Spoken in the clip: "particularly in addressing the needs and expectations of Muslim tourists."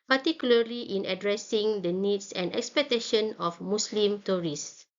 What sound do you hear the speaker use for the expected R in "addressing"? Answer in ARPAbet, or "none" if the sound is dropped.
R